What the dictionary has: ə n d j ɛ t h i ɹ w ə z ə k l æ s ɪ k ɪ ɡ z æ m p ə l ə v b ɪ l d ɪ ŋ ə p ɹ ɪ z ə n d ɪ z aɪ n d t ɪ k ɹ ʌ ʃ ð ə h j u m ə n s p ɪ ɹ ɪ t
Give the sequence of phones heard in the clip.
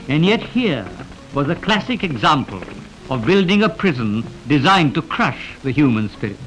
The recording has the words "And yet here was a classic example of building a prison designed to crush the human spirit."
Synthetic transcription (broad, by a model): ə n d j ɛ t h i ɹ w ə z ə k l æ s ɪ k ɪ ɡ z æ m p ə l ə v b ɪ l d ɪ ŋ ə p ɹ ɪ z ə n d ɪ z aɪ n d t ɪ k ɹ ʌ ʃ ð ə h j u m ə n s p ɪ ɹ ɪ t